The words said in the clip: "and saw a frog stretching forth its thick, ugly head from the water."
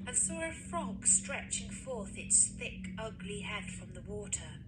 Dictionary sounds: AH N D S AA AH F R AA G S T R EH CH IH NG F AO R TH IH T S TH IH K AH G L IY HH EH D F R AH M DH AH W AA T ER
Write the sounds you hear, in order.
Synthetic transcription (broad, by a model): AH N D S AA AH F R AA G S T R EH CH IH NG F AO R TH IH T S TH IH K AH G L IY HH EH D F R AH M DH AH W AA T ER